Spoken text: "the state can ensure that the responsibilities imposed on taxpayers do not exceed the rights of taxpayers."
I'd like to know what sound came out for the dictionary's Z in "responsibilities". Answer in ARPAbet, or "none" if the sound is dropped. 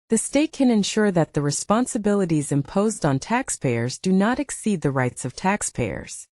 Z